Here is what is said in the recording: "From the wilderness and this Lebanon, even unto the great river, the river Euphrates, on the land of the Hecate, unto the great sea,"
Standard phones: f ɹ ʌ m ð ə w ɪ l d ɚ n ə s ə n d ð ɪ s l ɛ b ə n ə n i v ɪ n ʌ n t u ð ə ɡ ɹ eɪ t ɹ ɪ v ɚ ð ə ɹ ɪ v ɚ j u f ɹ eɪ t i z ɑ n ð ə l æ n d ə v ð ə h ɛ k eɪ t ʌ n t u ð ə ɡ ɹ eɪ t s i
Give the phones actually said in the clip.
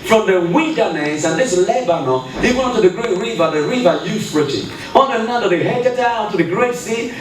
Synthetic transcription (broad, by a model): f ɹ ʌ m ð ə w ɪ n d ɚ n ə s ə n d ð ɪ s l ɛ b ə n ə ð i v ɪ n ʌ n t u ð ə ɡ ɹ eɪ t ɹ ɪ v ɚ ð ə ɹ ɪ v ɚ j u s ɹ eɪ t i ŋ ɑ n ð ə n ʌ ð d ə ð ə h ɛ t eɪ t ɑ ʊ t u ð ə ɡ ɹ eɪ t s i